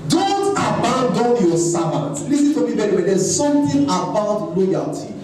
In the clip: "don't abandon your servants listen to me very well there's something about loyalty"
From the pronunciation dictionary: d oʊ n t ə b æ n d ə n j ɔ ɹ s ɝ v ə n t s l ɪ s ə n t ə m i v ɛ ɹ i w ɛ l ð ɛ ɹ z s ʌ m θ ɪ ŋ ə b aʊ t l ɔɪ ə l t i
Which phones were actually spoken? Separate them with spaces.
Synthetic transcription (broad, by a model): d oʊ n t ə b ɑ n d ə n j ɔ s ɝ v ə n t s l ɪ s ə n t ə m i b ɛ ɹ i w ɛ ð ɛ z s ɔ m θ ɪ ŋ ə b aʊ t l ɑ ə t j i